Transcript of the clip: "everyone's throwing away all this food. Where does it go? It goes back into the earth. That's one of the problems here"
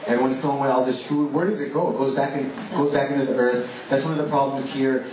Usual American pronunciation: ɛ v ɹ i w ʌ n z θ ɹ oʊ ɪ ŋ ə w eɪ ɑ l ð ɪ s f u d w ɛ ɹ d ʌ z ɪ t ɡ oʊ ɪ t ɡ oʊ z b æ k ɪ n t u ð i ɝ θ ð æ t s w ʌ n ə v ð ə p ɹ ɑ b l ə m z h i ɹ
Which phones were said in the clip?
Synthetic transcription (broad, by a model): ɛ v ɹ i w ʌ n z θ oʊ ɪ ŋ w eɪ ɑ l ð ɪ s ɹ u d w ɛ ɹ d ʌ z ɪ t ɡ oʊ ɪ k ɡ oʊ z b æ k ɪ n t u ð i ɝ θ ð æ t s w ʌ n ə v ð ə p ɹ ɑ b l ə m z h i ɹ